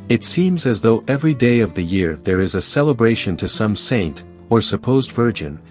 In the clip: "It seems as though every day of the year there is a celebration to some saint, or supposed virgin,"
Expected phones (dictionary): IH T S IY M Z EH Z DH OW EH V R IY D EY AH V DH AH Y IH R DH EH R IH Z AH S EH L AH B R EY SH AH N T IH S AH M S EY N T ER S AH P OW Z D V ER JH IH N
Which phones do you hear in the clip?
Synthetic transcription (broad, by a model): IH T S IY M Z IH Z DH OW EH V R IY D EY AH V DH AH Y IH R DH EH R IH Z AH S EH L AH B R EY SH AH N T IH S AH M S EY N T ER S AH P OW Z D V ER JH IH N